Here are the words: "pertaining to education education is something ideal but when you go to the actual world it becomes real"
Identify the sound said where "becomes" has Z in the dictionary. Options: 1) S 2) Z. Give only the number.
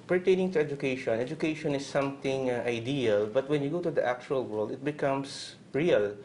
1